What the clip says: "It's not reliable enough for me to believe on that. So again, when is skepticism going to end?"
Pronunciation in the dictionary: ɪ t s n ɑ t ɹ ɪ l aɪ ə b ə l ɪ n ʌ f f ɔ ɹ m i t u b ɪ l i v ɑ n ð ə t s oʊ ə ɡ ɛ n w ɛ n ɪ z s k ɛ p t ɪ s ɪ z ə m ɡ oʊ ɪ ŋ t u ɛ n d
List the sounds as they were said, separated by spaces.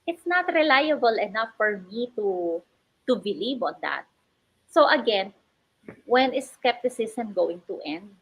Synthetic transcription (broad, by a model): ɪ t s n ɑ t ɹ ɪ l aɪ ə b ə l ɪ n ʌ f f ɔ ɹ m i t u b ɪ l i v ɑ n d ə t s oʊ ə ɡ ɛ n w ɛ n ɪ s k ɛ p t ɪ s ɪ s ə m ɡ oʊ ɪ ŋ t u ɛ n d